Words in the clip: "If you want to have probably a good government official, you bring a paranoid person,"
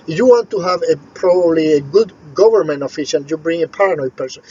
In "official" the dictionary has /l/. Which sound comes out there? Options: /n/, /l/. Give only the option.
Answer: /n/